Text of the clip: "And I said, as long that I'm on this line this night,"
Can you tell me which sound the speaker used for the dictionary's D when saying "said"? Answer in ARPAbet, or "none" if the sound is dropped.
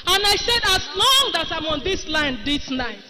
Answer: D